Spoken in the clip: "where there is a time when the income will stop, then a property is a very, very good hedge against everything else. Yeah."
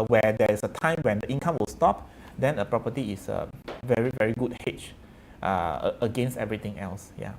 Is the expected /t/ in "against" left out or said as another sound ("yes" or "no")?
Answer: no